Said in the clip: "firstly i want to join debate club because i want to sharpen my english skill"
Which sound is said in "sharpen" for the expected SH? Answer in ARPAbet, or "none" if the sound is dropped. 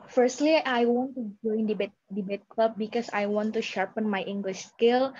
SH